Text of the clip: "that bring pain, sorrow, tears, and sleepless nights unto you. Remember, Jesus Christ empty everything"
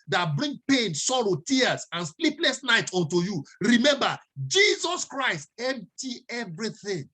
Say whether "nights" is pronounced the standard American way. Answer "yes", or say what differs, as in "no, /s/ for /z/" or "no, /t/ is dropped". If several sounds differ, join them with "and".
no, /s/ is dropped